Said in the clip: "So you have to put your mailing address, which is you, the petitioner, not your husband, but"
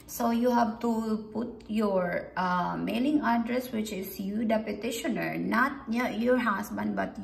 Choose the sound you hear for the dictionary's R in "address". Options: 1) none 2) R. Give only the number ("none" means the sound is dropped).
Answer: 2